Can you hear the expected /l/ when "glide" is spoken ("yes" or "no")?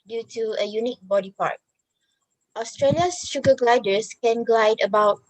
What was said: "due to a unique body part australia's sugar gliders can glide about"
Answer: yes